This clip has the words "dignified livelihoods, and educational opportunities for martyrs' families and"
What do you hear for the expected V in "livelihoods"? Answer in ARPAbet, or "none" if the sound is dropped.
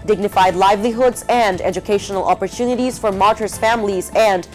V